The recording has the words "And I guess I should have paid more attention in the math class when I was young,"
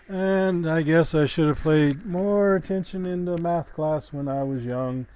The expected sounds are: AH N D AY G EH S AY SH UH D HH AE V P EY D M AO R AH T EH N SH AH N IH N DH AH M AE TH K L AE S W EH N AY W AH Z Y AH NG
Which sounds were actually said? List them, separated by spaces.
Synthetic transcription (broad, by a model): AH N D AY G EH S AY SH UH D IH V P EY D M AO R AH T EH N SH AH N IH N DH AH M AE TH K L AE S W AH N AY W AH Z Y AH NG